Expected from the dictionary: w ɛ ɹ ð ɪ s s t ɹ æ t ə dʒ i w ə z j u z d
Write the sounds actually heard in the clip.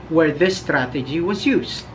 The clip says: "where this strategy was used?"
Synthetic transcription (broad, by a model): w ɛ ɹ ð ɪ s s t ɹ æ t ə dʒ i w ə z j u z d